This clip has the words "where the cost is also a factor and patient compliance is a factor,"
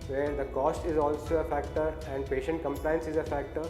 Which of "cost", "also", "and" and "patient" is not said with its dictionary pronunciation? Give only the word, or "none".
none